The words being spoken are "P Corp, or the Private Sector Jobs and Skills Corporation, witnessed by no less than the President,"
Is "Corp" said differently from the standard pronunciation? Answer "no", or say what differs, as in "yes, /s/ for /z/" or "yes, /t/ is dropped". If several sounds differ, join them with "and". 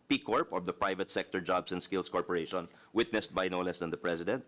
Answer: no